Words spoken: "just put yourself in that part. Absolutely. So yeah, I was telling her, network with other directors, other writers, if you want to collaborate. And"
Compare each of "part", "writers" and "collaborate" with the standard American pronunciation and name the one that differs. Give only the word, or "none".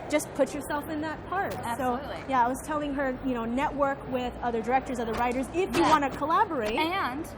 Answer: none